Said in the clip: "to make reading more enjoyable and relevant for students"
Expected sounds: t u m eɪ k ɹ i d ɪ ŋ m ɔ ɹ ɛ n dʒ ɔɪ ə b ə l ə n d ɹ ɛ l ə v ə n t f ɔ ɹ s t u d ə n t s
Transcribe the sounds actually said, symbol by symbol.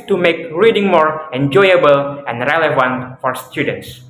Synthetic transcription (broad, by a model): t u m eɪ k ɹ i d ɪ ŋ m ɔ ɹ ɛ n dʒ ɔɪ ə b ə l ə n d ɹ ɛ l ə v ə n t f ɔ ɹ s t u d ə n t s